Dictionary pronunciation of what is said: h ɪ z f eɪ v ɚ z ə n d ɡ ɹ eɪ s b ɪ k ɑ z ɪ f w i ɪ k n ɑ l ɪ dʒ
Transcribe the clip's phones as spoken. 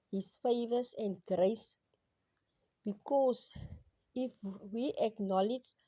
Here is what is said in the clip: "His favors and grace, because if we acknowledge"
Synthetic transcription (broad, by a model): h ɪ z f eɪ v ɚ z ə n d ɡ ɹ eɪ s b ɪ k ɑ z ɪ f w i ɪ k n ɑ l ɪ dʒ